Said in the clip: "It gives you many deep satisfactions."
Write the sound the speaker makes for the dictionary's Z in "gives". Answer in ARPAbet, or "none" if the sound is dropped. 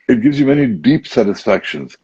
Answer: Z